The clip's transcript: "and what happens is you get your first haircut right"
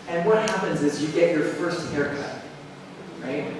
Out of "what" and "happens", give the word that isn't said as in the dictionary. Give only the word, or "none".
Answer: none